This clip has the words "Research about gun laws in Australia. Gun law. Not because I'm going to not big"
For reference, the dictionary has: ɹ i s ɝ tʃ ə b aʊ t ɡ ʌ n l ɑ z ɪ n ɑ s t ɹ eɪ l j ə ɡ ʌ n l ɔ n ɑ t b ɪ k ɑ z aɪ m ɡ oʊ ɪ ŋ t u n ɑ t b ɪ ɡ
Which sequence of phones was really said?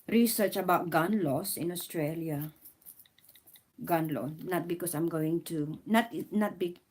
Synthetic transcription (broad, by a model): ɹ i s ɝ tʃ ə b aʊ t ɡ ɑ n l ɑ s ɪ n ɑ s t ɹ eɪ l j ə ɡ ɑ n l ɔ n ɑ t b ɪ k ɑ s aɪ m ɡ oʊ ɪ ŋ t u n ɑ t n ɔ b